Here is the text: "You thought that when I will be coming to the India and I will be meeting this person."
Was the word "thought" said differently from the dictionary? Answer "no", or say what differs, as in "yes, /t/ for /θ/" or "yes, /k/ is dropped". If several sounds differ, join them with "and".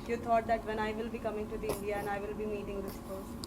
yes, /t/ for /θ/